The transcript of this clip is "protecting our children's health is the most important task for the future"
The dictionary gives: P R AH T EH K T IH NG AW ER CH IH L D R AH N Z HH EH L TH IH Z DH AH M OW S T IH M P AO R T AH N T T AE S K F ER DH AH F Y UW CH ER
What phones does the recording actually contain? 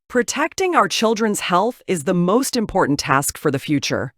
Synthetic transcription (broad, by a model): P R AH T EH K T IH NG AW ER CH IH L D R AH N Z HH EH L TH IH Z DH AH M OW S T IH M P AO R T N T T AE S K F ER DH AH F Y UW CH ER